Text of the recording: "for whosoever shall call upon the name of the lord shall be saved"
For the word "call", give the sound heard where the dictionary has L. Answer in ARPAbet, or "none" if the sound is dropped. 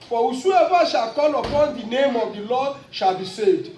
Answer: N